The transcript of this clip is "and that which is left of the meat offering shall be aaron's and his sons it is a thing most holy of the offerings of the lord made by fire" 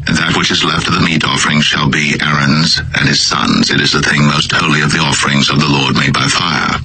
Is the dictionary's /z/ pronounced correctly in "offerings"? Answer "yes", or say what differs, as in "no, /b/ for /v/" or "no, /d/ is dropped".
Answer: yes